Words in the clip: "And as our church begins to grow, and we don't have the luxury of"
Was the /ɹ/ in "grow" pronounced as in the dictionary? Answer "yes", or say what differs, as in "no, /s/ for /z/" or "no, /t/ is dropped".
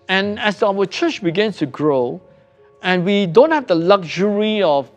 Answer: yes